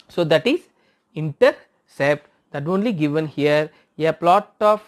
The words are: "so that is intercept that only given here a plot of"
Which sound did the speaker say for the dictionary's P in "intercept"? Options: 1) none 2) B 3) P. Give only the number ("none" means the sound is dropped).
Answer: 3